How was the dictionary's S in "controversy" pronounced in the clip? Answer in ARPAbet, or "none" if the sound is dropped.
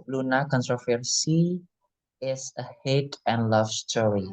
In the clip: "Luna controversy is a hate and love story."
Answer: S